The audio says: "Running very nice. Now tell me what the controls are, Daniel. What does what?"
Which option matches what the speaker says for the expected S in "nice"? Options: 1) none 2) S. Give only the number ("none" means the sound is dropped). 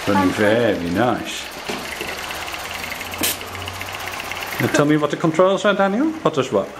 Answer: 2